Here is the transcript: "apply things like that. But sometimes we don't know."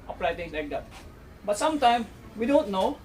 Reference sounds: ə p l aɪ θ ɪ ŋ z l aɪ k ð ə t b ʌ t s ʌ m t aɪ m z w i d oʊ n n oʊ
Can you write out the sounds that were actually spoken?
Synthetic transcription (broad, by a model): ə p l aɪ t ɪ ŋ s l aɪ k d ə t b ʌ t s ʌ m t aɪ m w i d oʊ n n oʊ